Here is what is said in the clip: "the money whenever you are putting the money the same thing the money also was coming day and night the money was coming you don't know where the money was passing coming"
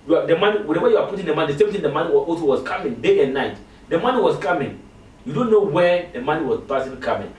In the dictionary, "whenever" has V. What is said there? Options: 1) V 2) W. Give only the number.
2